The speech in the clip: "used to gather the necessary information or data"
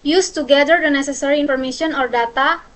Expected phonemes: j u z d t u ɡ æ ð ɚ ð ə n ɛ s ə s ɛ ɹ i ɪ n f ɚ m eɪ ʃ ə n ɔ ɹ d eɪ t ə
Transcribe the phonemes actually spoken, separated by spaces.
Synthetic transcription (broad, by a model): j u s t u ɡ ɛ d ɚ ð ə n ɛ s ə s ɛ ɹ i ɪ n f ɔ m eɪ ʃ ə n ɔ ɹ d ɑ t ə